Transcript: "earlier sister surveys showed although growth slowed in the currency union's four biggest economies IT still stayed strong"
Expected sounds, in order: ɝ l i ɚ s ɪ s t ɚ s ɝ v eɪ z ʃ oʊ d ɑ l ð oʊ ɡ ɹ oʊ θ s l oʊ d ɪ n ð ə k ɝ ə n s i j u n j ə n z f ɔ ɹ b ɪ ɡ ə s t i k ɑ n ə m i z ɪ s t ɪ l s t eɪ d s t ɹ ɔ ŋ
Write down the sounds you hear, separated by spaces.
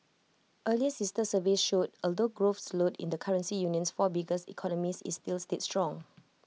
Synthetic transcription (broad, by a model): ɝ l i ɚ s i s t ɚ s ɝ v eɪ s ʃ oʊ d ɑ l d oʊ ɡ ɹ oʊ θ s l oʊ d ɪ n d ə k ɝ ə n s i j u n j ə n s f ɔ b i ɡ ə s i k ɑ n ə m i s ɪ s t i l s t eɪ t s t ɹ ɔ ŋ